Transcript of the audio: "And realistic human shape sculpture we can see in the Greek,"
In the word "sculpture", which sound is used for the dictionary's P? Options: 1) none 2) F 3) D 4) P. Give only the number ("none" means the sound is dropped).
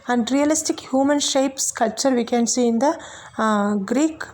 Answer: 1